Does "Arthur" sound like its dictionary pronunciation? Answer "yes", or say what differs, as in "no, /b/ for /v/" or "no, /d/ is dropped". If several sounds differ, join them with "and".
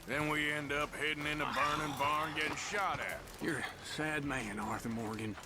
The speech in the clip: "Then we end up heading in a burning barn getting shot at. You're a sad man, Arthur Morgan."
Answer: yes